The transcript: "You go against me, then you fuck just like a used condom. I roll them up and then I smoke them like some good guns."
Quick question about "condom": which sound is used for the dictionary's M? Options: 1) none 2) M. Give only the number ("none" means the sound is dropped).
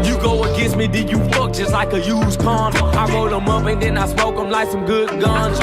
1